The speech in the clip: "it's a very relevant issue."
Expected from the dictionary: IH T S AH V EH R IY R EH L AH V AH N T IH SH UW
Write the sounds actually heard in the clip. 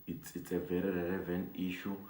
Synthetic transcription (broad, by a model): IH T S AH V EH R IY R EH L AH V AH N IY SH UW